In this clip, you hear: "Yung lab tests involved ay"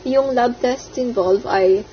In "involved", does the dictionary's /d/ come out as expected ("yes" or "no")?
no